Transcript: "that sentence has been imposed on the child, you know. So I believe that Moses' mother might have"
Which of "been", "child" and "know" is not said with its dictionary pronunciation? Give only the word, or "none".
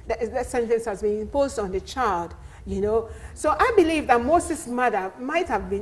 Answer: none